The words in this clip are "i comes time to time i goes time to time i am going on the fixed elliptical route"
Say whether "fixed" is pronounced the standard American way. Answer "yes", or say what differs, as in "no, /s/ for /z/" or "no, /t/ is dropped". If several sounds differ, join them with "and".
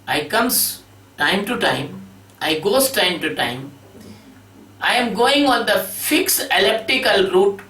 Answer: no, /t/ is dropped